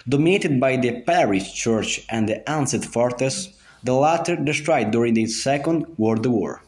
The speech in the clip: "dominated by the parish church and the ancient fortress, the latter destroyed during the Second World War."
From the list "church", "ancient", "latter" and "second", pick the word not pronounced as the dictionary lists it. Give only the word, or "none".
ancient